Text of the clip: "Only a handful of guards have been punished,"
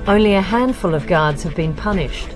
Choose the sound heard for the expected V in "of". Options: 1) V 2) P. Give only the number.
1